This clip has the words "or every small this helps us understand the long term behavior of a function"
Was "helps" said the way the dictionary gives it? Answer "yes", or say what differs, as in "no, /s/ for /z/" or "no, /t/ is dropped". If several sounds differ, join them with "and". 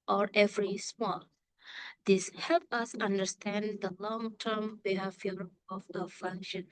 no, /s/ is dropped